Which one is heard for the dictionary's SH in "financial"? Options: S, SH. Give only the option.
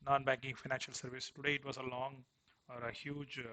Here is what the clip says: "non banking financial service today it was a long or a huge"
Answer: SH